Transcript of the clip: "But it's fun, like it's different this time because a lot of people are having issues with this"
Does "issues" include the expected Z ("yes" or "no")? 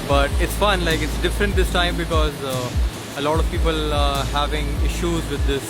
yes